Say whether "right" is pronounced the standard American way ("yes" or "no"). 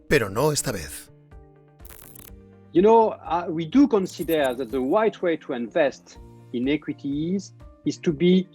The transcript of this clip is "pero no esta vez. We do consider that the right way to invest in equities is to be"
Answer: no